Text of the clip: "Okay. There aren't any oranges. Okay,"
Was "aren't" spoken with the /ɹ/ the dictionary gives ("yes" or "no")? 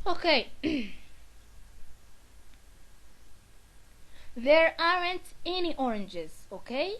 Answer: yes